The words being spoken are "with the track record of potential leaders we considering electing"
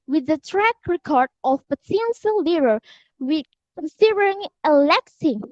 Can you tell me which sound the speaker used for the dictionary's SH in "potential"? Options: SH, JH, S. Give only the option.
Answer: S